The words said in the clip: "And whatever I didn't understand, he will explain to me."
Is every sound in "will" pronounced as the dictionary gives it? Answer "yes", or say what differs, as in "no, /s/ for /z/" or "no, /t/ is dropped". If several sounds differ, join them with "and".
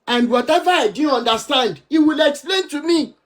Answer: yes